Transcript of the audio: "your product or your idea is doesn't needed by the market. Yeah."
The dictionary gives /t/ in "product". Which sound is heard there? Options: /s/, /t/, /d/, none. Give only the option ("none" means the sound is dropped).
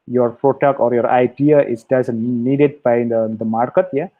none